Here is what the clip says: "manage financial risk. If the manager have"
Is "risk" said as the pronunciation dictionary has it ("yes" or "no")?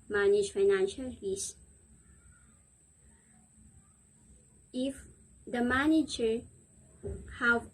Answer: no